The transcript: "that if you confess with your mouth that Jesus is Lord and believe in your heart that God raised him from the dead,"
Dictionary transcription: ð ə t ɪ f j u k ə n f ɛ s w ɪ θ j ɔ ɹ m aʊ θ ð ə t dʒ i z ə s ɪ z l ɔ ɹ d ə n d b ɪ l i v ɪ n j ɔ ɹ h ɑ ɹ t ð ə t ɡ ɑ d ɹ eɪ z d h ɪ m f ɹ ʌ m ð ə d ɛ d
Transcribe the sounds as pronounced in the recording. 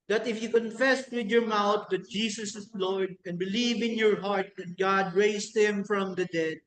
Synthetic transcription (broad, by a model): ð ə t ɪ f j u k ə n f ɛ s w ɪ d j ɔ ɹ m aʊ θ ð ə t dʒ i s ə s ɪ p l ɔ ɹ d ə n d b ɪ l i v ɪ n j ɔ ɹ h ɑ ɹ t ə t ɡ ɑ d ɹ eɪ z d h ɪ m f ɹ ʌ m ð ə d ɛ d